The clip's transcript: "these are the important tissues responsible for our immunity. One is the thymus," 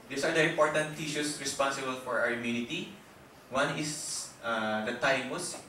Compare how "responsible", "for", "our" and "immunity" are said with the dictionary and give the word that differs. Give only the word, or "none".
our